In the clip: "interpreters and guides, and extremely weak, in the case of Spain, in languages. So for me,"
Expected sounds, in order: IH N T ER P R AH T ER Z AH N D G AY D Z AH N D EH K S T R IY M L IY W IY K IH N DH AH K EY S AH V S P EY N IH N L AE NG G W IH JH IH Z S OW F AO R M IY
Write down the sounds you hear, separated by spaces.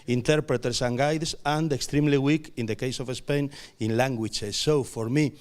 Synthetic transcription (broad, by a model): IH N T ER P R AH T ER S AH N G AY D S AH N D EH K S T R IY M L IY W IY K IH N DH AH K EY S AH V S P EY N IH N L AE NG G W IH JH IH S OW F AO R M IY